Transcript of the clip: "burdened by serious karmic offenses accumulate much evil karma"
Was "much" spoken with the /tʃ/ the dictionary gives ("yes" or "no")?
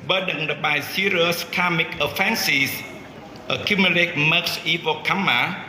no